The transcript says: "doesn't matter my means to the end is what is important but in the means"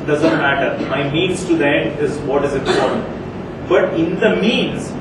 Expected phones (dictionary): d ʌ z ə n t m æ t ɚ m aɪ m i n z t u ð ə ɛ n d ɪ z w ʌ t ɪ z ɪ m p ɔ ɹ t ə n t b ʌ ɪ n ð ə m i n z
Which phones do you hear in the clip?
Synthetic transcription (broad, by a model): d ʌ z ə n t m æ t ɚ m aɪ m i n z t u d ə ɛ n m ɪ z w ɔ t ɪ z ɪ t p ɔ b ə t ɪ n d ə m i n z